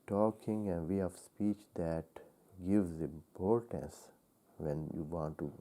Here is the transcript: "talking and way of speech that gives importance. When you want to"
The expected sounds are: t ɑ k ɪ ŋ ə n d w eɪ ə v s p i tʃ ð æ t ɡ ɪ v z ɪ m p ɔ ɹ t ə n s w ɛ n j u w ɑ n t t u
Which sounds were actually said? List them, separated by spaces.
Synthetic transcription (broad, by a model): t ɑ k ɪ ŋ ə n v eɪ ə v s p i tʃ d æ t ɡ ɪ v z ɪ m p ɔ ɹ t ə n s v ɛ n j u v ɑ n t t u